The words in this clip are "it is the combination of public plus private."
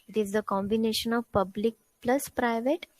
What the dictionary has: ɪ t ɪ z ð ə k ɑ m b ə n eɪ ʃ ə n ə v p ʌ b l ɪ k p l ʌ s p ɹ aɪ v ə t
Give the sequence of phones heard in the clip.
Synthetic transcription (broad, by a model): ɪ t ɪ z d ə k ɑ m b ə n eɪ ʃ ə n ə v p ʌ b l ɪ k p l ʌ s p ɹ aɪ v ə t